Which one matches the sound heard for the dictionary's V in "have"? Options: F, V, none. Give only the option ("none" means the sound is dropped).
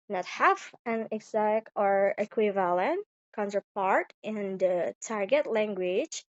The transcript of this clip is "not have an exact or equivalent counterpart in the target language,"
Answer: F